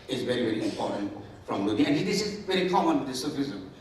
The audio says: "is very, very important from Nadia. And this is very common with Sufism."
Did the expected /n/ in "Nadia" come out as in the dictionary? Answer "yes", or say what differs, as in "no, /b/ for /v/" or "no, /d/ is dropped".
no, /l/ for /n/